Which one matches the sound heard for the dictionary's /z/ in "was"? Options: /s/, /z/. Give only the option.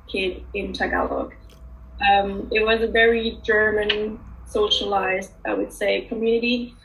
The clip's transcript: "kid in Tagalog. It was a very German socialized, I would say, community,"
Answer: /z/